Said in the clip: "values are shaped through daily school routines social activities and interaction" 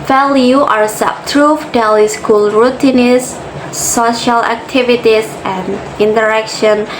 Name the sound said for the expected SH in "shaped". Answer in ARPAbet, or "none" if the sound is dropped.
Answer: S